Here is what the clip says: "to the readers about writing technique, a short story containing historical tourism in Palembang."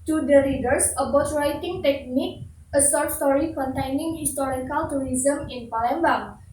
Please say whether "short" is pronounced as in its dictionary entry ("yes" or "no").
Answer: no